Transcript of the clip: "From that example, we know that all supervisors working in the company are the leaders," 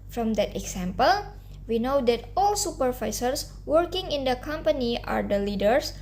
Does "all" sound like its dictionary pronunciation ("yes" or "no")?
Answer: yes